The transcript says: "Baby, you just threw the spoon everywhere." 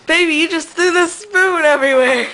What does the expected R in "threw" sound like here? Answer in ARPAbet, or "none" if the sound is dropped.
none